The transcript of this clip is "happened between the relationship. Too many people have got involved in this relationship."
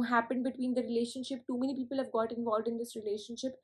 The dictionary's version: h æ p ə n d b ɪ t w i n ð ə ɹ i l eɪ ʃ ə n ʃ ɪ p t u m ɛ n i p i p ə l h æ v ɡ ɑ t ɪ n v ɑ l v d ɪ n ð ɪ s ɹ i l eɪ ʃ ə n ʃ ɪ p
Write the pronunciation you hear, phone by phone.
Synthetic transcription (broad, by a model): h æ p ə n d b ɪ t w i n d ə ɹ i l eɪ ʃ ə n ʃ ɪ p t u m ɛ n i p i p ə l h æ v ɡ ɑ t ɪ n v ɑ l v d ɪ n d ɪ s ɹ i l eɪ ʃ ə n ʃ ɪ p